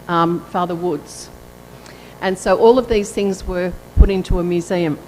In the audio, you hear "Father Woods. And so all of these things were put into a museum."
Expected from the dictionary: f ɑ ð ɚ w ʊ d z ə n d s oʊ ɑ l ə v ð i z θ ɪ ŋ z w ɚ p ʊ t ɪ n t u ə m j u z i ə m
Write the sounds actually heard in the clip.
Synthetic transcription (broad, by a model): f ɑ ð ɚ w ʊ d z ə n s oʊ ɑ l ə v ð i z θ ɪ ŋ z w ɚ p ʊ t ɪ n t u ə m j u z i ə m